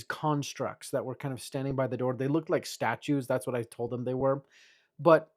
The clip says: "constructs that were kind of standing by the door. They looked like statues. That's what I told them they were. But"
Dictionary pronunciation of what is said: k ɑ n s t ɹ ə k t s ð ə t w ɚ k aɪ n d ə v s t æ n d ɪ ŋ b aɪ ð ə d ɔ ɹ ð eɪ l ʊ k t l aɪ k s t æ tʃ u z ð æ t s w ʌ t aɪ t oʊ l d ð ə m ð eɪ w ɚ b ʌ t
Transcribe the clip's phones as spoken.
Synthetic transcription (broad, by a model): k ɑ n s t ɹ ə k t s ð ə t w ɚ k aɪ n d ə v s t æ n d ɪ ŋ b aɪ ð ə d ɔ ɹ ð eɪ l ʊ k t l aɪ k s t æ tʃ u z ð æ t s w ʌ t aɪ t oʊ l d ð ə m ð eɪ w ɚ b ʌ t